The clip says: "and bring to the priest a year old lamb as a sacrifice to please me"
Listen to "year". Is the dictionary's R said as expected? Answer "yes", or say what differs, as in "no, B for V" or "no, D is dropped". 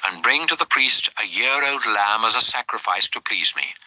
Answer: yes